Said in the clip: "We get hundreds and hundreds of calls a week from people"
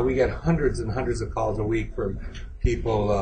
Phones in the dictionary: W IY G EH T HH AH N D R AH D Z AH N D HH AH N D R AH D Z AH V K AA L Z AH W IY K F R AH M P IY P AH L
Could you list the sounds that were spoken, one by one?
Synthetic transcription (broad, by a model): W IY G EH T HH AH N D R AH D Z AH N HH AH N D R AH D Z AH V K AA L Z AH W IY K F R AH M P IY P L